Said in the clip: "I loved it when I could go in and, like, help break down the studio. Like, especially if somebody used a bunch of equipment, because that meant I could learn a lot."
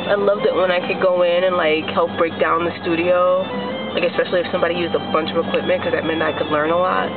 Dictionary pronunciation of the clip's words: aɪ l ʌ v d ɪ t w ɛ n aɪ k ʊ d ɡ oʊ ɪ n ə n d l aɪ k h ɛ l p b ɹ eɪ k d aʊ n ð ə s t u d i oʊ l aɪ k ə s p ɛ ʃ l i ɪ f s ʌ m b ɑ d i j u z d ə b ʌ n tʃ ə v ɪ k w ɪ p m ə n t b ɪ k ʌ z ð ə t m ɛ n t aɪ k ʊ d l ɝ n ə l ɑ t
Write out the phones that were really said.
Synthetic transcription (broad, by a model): aɪ l ʌ v d ɪ t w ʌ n aɪ k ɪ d ɡ oʊ ɪ n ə n l aɪ k h ɛ l p b ɹ eɪ k d aʊ n ð ə s t u d i oʊ l aɪ k ə s p ɛ ʃ l i ɪ f s ʌ m b ɑ d i j u z d ə b ʌ n tʃ ə v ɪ k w ɪ p m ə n k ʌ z ð ə t m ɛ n aɪ k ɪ d l ɝ n ə l ɑ t